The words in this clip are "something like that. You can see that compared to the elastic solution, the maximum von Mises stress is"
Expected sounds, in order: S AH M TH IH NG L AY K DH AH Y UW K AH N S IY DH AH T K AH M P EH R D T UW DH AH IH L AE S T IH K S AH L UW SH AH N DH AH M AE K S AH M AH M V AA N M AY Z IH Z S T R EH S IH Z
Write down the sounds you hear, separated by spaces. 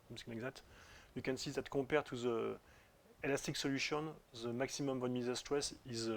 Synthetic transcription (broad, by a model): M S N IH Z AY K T Y UW K AH N S IY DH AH T K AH P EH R T UW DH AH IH L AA S T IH K S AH L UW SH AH N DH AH M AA K S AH M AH M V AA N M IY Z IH S T R EH S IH Z